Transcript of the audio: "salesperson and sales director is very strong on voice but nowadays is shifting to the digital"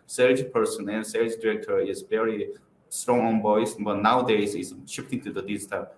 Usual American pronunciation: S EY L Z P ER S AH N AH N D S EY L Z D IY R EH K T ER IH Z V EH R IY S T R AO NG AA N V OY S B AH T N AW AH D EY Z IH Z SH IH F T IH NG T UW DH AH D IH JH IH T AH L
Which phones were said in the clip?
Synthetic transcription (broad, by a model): S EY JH P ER S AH N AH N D S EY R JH D IY R EH K T ER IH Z V EH R IY S T R AO NG AA N B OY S B AH T N AW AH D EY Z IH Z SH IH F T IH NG T UW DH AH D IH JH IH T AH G